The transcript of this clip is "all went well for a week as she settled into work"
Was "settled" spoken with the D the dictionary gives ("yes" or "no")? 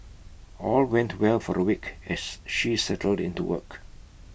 yes